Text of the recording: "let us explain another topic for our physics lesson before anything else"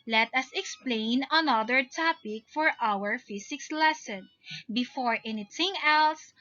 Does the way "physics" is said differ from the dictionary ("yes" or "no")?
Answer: yes